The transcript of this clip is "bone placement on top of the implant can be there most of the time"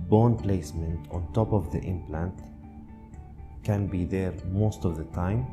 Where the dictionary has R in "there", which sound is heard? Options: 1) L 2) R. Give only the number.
2